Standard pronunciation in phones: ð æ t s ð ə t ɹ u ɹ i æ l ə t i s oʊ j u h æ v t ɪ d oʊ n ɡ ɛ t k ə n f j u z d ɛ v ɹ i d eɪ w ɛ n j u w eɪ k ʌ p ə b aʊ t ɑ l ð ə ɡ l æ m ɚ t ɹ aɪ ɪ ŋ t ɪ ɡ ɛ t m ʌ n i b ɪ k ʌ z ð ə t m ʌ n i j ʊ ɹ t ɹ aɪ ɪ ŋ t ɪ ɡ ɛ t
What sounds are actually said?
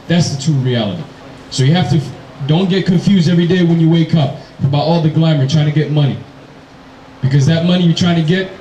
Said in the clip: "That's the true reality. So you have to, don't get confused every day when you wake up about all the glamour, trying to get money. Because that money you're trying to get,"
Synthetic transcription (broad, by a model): ð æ t s ð ə t u ɹ i æ l ə t i s oʊ j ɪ h æ f t ɪ d oʊ n ɡ ɛ t k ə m f j u z d ɛ v ɹ i d eɪ w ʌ n j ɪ w eɪ k ʌ p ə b aʊ t ɑ l ð ə ɡ l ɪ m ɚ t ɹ aɪ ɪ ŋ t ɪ ɡ ɛ t m ʌ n i b ɪ k ʌ z ð ə t m ʌ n i j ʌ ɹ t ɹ aɪ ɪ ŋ t ɪ ɡ ɛ t